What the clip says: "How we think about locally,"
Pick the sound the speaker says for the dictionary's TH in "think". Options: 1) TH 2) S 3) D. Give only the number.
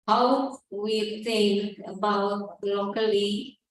2